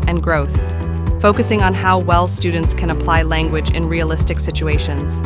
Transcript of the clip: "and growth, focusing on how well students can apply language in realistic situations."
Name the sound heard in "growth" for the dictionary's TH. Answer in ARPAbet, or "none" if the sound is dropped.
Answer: TH